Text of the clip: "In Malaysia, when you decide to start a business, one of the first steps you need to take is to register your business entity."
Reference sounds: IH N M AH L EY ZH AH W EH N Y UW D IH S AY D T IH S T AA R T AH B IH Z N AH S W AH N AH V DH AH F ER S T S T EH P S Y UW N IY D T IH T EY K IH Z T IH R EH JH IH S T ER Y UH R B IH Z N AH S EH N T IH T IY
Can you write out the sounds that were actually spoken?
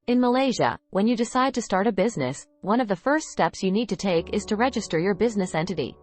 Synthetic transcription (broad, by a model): IH N M AH L EY ZH AH W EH N Y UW D IH S AY D T IH S T AA R T AH B IH Z N AH S W AH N AH V DH AH F ER S T S T EH P S Y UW N IY D T IH T EY K IH Z T IH R EH JH IH S T ER Y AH R B IH Z N AH S EH N T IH T IY